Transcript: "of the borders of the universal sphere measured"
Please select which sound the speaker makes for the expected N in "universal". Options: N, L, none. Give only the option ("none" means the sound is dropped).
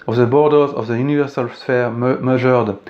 N